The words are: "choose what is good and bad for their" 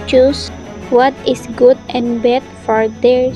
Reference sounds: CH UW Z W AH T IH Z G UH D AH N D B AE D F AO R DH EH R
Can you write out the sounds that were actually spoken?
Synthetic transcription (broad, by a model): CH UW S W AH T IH S G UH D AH N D B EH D F AO R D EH R